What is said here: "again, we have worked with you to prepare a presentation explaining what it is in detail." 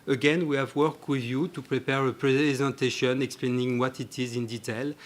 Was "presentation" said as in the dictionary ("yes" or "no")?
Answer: yes